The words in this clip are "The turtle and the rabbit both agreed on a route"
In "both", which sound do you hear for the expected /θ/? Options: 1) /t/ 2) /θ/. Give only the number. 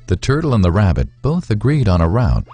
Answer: 2